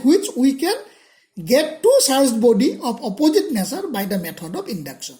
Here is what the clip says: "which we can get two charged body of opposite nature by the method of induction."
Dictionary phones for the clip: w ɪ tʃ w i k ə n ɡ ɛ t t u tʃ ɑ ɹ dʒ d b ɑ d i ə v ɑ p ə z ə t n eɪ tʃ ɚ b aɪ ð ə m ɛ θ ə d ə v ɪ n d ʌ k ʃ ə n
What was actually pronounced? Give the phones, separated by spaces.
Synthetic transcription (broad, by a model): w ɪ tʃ w i k ə n ɡ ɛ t t u s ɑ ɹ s b ɑ d i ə p ɑ p ə z ə t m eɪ s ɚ b aɪ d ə m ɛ t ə d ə p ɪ n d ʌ k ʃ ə n